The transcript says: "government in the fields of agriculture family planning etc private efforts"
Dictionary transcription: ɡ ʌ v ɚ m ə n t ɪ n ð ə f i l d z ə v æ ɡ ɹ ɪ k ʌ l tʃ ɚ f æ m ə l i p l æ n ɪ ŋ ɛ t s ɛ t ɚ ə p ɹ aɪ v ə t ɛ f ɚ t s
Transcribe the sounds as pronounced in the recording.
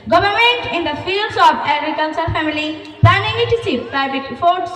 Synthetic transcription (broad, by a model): ɡ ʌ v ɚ m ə n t ɪ n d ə f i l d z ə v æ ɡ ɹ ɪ k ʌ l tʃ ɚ f æ m ə l i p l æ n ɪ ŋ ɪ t i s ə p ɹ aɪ b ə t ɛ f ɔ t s